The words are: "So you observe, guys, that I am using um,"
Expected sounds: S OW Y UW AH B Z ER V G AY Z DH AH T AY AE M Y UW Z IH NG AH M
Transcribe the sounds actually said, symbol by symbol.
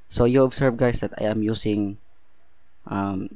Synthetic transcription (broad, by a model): S OW Y UW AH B S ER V G AY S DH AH T AY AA M Y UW S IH NG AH M